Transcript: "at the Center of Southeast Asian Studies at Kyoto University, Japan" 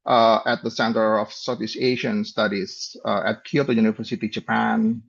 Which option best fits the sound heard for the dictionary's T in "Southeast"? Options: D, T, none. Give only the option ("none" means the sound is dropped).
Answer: none